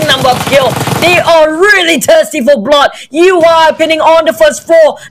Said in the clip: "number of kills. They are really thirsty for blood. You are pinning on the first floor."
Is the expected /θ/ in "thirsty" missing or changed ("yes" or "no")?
yes